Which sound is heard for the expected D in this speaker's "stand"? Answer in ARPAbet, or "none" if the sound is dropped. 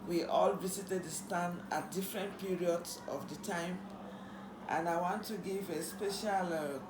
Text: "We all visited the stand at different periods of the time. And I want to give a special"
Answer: none